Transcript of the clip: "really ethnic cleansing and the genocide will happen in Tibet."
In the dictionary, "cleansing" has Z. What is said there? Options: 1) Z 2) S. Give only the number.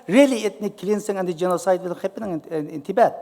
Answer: 2